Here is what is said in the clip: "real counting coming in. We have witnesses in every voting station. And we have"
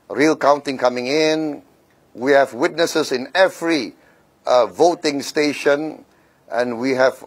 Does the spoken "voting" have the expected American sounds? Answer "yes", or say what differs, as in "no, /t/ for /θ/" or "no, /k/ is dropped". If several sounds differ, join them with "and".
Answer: yes